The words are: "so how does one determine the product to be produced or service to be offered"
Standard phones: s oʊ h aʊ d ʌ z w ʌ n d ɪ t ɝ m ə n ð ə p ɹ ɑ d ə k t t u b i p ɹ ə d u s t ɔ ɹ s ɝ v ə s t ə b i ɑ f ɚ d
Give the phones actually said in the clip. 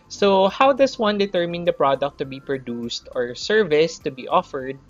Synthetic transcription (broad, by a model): s oʊ h aʊ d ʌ s w ʌ n d ɪ t ɝ m ə n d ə p ɹ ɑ d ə k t t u b i p ɹ ə d u s t ɔ ɹ s ɝ v ə s t ə b i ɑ f ɚ d